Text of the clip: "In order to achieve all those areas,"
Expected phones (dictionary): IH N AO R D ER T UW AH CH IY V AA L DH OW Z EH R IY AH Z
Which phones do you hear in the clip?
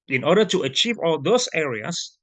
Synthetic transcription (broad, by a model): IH N AO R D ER T UW AH CH IY V AA L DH OW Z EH R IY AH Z